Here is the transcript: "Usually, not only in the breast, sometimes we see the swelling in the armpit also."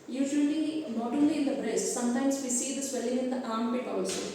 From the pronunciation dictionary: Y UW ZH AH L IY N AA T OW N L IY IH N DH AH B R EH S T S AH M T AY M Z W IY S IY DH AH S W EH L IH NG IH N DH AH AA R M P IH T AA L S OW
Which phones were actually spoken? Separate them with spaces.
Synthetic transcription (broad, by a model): Y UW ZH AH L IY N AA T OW L IY IH N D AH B R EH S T S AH M T AY M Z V IY S IY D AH S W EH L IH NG IH N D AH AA R M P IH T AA L S OW